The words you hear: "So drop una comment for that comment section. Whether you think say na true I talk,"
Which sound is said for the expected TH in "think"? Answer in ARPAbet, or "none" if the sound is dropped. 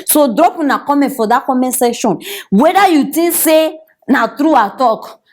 T